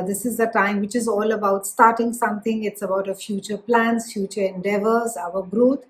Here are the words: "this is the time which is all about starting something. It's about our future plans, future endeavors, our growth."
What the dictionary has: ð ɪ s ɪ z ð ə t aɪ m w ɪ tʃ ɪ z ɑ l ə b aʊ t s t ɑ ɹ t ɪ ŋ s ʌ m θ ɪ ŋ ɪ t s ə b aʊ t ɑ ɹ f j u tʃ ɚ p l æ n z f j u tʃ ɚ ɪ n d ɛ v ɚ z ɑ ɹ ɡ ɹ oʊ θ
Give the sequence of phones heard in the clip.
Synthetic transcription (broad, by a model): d ɪ s ɪ z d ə t aɪ m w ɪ tʃ ɪ z ɑ l ə b aʊ t s t ɑ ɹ t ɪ ŋ s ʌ m t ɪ ŋ ɪ t s ə b aʊ t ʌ f j u tʃ ɚ p l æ n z f j u tʃ ɚ ɪ n d ɛ v ɚ z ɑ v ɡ ɹ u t